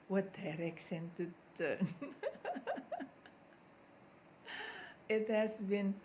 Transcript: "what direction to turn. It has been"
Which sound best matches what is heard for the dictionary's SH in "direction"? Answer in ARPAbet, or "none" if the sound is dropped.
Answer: S